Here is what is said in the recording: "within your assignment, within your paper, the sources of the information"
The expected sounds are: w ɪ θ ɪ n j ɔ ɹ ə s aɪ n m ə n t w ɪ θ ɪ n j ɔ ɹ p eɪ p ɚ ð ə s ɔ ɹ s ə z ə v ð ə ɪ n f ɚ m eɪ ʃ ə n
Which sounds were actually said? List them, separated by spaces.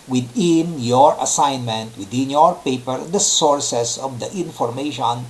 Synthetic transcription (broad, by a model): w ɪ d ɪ n j ɔ ɹ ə s aɪ n m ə n t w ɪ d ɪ n j ɔ ɹ p eɪ p ɚ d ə s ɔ ɹ s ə s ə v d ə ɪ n f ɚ m eɪ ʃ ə n